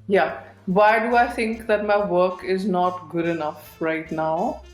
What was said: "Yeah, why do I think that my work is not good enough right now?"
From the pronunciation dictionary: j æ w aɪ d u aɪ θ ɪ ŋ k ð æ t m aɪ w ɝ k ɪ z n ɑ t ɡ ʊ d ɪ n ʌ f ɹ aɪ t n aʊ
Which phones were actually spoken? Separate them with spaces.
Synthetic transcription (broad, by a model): j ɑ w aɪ d u aɪ t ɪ ŋ k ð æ t m aɪ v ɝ k ɪ z n ɑ t ɡ ʊ d ɪ n ʌ f ɹ aɪ t n aʊ